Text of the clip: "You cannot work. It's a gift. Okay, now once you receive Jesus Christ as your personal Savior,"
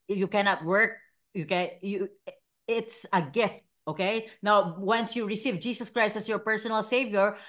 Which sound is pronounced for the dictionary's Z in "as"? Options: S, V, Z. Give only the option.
S